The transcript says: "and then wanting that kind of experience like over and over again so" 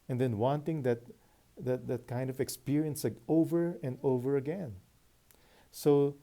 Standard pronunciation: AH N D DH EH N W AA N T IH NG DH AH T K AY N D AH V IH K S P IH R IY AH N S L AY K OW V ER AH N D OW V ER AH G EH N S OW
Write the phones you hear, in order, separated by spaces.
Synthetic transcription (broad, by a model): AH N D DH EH N W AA N T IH NG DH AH T K AY N D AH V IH K S P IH R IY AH N S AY OW V ER AH N D OW V ER AH G EH N S OW